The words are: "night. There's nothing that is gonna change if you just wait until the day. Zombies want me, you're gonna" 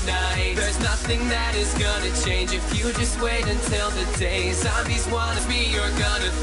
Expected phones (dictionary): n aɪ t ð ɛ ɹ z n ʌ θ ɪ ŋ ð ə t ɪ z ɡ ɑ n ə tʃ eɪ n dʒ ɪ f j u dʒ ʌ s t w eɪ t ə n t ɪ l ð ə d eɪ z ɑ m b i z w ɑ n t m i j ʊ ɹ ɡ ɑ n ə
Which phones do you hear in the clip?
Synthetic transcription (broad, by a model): n aɪ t ð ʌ ɹ z n ʌ θ ɪ ŋ ð ə t ɪ z ɡ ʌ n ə tʃ eɪ n dʒ ɪ f j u dʒ ʌ s t w eɪ t ə n t ɪ l ð ə d eɪ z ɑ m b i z w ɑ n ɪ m i j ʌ ɹ ɡ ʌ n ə